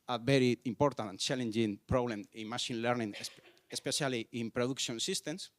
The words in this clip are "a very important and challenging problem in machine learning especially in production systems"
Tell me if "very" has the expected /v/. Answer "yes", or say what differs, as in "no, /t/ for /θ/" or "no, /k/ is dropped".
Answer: no, /b/ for /v/